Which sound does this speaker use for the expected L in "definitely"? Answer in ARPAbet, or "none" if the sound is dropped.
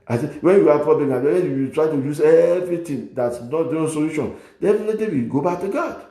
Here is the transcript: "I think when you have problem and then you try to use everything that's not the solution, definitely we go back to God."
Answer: none